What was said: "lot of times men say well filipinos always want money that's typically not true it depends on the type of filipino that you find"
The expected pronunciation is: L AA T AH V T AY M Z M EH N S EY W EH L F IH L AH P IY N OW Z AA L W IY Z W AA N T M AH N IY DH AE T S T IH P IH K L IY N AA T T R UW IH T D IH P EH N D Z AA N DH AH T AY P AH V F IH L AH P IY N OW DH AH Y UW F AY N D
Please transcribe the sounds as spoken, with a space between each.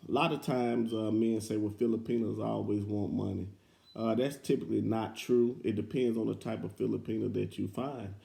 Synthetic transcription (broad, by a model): L AA T AH V T AY M Z M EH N S EY W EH F IH L AH P IY N OW Z AA L W IY Z W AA N M AH N IY DH AE T S T IH P IH K L IY N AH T T R UW IH T D IH P EH N D Z N DH AH T AY P AH V F IH L AH P IY N OW DH AH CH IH F AY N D